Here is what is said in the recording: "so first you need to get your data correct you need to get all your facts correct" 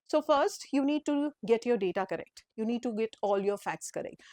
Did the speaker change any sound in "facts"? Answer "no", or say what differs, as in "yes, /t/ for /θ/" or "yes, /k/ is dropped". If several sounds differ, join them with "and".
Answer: no